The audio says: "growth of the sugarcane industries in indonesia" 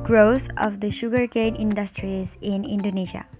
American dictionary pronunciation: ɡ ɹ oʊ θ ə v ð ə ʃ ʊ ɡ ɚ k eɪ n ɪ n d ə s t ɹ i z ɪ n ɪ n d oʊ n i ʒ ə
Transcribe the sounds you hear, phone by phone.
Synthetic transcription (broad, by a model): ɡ ɹ oʊ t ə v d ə ʃ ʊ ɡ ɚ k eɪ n ɪ n d ə s t ɹ i z ɪ n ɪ n d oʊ n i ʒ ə